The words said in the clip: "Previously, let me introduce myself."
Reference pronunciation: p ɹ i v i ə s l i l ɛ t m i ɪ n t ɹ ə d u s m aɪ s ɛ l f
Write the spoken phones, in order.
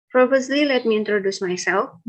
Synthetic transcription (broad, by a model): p ɹ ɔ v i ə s l i l ɛ t m i ɪ n t ɹ ə d u s m aɪ s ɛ l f